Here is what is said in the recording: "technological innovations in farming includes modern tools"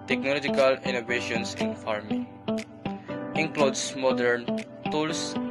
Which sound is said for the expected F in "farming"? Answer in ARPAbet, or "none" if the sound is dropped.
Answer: F